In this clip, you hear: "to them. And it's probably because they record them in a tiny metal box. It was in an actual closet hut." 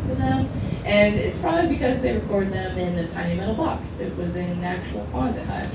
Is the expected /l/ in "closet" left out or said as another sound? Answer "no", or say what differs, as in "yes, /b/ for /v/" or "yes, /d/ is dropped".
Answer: yes, /l/ is dropped